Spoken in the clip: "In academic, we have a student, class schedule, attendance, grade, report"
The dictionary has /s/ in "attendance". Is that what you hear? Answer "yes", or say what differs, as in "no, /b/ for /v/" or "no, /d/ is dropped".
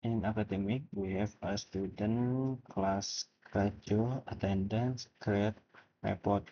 yes